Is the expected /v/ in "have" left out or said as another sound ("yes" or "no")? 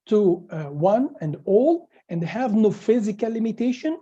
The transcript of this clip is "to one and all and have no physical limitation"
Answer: no